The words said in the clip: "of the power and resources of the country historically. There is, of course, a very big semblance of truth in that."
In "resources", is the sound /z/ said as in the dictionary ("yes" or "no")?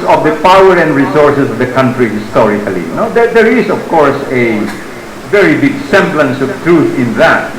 no